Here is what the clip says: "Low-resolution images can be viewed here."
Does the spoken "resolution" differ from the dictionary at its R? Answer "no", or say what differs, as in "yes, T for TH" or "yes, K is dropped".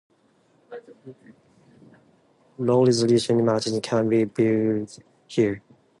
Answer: yes, L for R